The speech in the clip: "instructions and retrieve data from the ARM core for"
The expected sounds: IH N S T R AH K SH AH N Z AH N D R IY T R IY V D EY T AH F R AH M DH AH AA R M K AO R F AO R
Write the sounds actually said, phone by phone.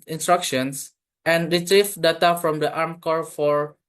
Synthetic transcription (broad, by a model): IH N S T R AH K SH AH N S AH N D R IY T R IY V D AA T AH F R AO M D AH AA R M K AO R F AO R